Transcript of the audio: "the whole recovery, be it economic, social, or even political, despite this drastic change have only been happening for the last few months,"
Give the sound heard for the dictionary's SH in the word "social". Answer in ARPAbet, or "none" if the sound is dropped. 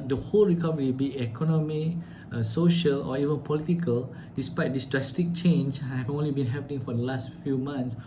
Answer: SH